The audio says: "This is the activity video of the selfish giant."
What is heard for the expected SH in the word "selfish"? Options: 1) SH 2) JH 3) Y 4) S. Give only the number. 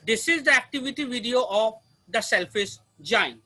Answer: 4